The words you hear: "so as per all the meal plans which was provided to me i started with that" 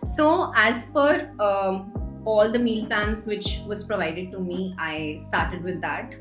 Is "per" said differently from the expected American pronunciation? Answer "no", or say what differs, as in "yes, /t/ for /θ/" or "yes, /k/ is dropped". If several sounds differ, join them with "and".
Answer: yes, /f/ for /p/